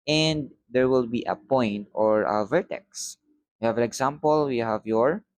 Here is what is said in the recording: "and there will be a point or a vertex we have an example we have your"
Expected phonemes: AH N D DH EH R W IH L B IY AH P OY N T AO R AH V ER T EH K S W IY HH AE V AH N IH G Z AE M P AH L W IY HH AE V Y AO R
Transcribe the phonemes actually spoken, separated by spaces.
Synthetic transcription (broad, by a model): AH N D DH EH R W IH L B IY AH P OY N T AO R AH V ER T EH K S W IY HH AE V AH N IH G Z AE M P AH L W IY HH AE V Y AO R